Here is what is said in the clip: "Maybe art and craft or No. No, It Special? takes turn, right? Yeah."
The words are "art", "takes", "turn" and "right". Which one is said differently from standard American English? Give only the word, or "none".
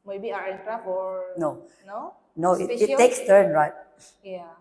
art